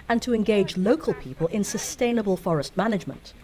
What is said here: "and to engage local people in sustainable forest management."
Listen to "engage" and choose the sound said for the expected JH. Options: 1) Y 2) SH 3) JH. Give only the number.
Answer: 3